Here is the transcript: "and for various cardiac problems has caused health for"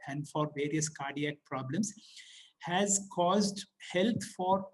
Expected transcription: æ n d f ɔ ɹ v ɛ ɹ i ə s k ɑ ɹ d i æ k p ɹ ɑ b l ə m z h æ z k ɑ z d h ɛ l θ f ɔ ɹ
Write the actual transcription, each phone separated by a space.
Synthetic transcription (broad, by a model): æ n d f ɔ ɹ v ɛ ɹ i ə s k ɑ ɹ d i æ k p ɹ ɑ b l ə m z h æ z k ɑ z d h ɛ l t f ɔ ɹ